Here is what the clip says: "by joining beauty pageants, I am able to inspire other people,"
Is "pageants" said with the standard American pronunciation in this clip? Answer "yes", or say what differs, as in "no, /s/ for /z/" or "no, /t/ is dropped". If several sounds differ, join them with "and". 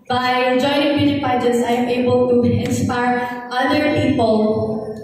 no, /n/ is dropped